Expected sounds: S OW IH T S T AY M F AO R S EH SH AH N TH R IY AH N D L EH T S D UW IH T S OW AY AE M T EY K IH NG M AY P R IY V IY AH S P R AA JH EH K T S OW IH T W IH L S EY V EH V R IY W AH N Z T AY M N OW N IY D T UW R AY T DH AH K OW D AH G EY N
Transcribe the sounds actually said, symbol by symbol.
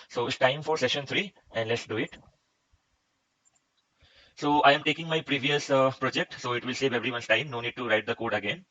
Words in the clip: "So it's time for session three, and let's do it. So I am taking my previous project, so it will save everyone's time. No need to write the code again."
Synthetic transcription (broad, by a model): S OW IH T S T AY M F AO R S EH SH AH N T R IY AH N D L EH T S D UW IH T S OW AY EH M T EY K IH NG M AY P R IY V IY AH S P R AA JH EH K T S OW IH T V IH L S EY V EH V R IY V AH N S T AY M N OW N IY D T UW R AY T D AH K OW D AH G EY N